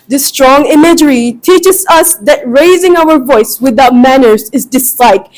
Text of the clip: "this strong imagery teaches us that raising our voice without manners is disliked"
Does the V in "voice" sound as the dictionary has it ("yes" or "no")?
yes